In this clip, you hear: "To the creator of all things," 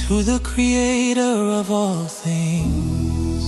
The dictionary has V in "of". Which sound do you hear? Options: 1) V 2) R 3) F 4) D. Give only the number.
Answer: 1